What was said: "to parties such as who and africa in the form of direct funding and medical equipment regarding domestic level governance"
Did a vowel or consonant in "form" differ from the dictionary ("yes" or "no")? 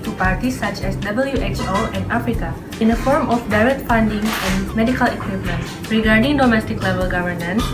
no